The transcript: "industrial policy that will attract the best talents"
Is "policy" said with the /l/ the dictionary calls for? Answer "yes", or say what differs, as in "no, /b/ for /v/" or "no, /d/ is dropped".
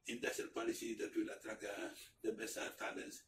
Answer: yes